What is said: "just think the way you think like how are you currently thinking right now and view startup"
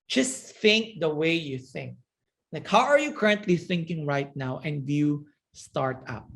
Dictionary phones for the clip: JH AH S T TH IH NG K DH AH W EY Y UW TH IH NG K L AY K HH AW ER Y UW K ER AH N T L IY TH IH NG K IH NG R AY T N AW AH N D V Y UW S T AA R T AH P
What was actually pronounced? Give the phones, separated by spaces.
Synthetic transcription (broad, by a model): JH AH S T TH IH NG K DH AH W EY Y UW TH IH NG K L AY K HH AW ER Y UW K ER AH N T L IY TH IH NG K IH NG R AY T N AW AH N D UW Y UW S T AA R T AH P